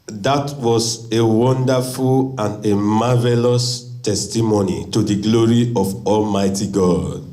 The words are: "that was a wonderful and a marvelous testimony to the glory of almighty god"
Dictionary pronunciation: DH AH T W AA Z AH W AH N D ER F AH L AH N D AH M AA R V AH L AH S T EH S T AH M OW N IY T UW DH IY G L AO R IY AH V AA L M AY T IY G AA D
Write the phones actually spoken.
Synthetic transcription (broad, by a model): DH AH T W AA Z AH W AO N D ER F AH L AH N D AH M AA V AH L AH S T EH S T AH M OW N IY T UW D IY G L AO R IY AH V AA L M AY T IY G AA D